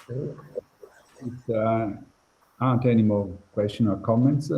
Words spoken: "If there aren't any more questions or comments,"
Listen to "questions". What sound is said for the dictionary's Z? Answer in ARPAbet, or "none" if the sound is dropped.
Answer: none